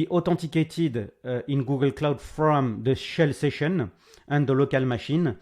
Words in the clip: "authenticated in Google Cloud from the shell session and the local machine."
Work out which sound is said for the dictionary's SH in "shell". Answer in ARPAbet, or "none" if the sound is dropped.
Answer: SH